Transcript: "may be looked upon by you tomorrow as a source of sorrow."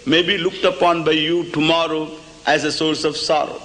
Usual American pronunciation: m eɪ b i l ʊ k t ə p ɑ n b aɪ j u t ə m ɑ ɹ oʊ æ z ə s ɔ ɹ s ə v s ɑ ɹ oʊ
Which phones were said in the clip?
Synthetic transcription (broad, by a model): m eɪ b i l ʊ k t ə p ɑ n b aɪ j u t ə m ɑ ɹ oʊ æ z ə s ɔ ɹ s ə v s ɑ ɹ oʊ